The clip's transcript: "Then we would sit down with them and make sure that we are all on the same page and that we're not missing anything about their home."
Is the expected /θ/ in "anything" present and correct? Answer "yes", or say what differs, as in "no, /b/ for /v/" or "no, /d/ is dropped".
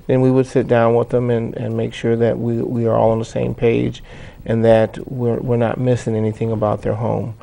yes